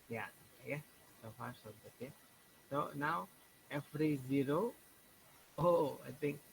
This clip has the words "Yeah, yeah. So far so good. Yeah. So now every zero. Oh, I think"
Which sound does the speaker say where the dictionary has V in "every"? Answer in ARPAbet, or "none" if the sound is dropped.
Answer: F